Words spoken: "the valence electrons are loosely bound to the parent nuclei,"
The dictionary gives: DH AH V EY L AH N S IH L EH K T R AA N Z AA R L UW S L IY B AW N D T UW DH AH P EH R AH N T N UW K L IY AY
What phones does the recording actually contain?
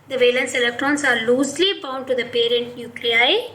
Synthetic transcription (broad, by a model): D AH V EY L AH N S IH L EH K T R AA N S AA R L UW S L IY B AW N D T UW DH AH P EH R AH N T N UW K L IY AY